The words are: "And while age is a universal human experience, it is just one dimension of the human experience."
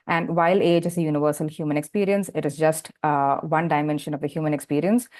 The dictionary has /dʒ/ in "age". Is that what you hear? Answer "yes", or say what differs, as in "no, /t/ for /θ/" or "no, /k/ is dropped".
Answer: yes